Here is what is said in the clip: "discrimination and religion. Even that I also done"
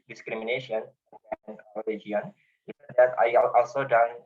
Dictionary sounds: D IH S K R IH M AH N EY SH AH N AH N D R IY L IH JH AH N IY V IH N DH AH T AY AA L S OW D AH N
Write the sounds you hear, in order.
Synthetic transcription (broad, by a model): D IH S K R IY M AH N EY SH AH N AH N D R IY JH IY AH N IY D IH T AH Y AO AA L S OW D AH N